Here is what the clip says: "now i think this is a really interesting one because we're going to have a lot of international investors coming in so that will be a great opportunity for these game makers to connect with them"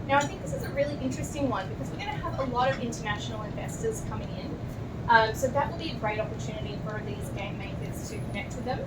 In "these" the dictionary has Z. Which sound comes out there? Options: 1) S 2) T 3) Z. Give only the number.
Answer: 3